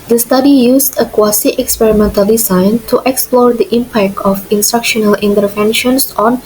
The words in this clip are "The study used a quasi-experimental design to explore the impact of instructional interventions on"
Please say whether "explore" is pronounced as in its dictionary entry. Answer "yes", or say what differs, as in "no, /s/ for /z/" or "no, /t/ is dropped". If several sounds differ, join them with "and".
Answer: yes